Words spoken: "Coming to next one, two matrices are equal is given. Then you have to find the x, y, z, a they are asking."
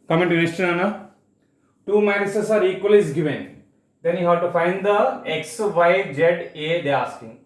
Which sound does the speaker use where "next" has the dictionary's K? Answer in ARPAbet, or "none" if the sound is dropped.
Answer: none